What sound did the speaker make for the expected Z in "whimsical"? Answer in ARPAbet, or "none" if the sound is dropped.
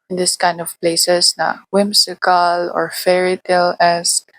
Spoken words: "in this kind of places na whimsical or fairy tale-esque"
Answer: S